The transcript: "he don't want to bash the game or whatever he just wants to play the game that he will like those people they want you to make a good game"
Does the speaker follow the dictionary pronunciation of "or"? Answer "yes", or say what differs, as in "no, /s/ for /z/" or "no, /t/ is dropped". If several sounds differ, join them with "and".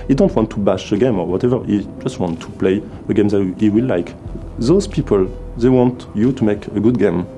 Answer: yes